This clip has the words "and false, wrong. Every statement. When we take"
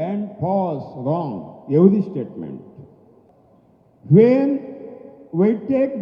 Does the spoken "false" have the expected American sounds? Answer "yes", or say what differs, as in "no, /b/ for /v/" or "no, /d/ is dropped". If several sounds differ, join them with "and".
no, /p/ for /f/ and /l/ is dropped